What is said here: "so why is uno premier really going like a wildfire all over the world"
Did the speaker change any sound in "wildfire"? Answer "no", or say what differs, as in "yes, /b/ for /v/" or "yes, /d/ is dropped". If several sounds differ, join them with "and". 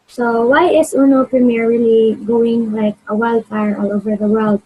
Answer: yes, /f/ is dropped